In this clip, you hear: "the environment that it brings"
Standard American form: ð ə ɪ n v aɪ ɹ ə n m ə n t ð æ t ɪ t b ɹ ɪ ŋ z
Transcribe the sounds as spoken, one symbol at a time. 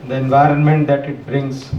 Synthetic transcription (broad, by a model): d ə ɪ n v aɪ ɹ ə n m ə n t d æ t ɪ t b ɹ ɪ ŋ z